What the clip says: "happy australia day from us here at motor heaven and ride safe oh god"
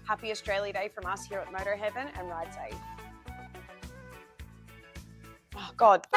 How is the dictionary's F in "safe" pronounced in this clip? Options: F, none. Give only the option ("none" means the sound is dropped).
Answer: none